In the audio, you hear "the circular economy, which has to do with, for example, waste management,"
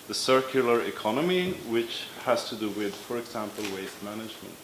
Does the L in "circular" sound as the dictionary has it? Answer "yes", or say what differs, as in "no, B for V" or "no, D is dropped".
yes